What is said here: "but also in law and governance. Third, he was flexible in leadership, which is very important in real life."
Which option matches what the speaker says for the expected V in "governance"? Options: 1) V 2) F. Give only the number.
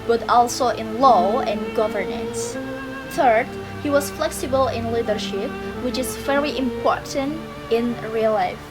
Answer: 1